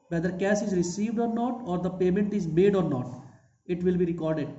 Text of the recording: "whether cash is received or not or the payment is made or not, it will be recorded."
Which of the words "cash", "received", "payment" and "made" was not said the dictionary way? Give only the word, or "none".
cash